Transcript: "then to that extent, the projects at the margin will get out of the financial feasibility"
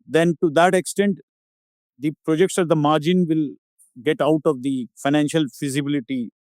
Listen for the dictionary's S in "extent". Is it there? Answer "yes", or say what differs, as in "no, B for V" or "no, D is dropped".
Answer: yes